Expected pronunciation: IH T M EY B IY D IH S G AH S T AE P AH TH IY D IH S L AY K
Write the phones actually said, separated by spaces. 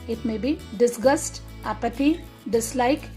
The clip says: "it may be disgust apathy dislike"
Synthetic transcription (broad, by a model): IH T M EY B IY D IH S G AH S T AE P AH T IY D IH S L AY K